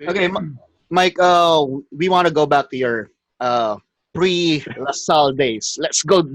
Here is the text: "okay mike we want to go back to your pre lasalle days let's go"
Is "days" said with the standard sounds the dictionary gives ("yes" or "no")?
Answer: no